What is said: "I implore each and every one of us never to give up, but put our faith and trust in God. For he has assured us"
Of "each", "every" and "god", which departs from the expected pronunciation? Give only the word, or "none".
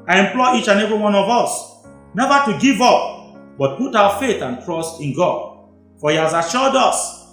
every